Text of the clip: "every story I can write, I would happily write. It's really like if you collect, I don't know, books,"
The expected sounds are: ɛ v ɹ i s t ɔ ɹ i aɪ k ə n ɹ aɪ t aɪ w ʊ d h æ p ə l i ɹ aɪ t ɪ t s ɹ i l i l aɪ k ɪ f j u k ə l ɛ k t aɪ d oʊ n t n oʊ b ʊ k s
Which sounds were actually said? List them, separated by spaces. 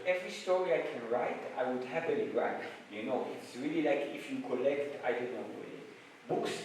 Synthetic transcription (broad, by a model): ɛ v ɹ i s t ɔ ɹ i aɪ k ə n ɹ aɪ t aɪ w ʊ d h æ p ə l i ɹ aɪ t ɪ t s ɹ i l i l aɪ k ɪ f j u k ə l ɛ k t aɪ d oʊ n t l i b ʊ k s